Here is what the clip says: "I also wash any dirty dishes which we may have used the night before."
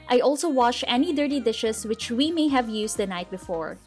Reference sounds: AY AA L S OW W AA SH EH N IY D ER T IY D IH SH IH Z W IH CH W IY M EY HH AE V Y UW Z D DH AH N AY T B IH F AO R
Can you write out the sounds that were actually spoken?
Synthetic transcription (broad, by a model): AY AA L S OW W AA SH EH N IY D ER T IY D IH SH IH S W IH CH W IY M EY HH AE V Y UW S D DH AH N AY T B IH F AO R